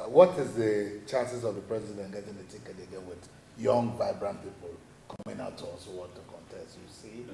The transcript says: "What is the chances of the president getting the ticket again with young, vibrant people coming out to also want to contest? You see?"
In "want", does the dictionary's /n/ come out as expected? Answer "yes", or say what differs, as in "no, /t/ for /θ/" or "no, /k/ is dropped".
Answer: no, /n/ is dropped